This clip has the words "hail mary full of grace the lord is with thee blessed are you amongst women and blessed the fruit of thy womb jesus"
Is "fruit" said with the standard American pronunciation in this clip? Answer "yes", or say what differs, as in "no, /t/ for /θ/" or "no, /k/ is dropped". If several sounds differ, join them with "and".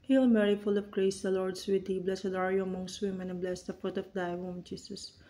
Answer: no, /ɹ/ is dropped